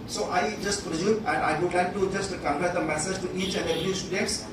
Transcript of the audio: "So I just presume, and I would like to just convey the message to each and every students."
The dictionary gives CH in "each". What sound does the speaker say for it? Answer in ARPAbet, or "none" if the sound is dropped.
CH